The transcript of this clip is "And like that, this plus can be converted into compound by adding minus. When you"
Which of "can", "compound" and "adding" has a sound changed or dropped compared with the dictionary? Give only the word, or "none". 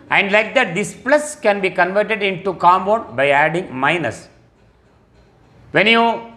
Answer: compound